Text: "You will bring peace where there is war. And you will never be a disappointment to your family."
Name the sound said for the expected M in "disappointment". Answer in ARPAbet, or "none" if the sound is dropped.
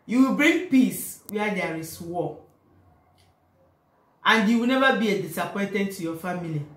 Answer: none